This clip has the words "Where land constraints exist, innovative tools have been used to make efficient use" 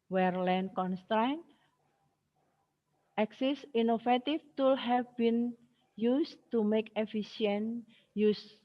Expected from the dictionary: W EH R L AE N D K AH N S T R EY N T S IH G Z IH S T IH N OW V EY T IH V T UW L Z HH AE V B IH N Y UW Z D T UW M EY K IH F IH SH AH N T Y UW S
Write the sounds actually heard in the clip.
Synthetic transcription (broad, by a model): W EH R L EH N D K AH N S T R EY N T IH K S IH S IY N OW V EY T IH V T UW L HH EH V B IH N Y UW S T UW M EY K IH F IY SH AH N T Y UW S